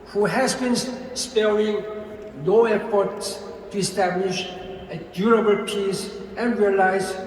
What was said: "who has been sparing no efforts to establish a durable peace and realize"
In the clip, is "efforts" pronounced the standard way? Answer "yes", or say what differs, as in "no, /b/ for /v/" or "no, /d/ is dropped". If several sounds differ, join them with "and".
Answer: no, /p/ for /f/